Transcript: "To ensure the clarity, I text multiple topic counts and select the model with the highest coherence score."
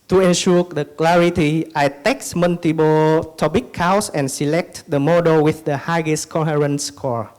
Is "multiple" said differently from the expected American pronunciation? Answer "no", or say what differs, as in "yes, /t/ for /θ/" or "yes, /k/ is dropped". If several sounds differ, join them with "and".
yes, /b/ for /p/